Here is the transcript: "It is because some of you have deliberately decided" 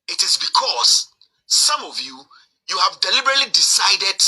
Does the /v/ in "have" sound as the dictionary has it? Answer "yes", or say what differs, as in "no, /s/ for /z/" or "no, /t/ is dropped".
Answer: yes